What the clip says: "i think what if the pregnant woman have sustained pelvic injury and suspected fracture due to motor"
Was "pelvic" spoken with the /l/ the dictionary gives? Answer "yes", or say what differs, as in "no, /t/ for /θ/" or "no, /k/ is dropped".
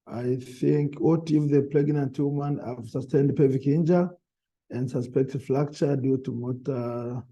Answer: no, /l/ is dropped